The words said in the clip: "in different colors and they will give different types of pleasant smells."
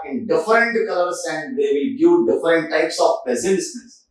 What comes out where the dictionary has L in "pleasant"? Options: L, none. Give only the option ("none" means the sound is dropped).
none